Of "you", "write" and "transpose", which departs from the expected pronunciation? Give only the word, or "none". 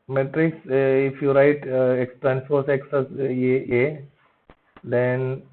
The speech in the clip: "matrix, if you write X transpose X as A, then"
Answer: transpose